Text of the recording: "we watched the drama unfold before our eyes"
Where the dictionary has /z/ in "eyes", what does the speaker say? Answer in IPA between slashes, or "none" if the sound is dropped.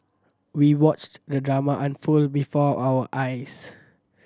/s/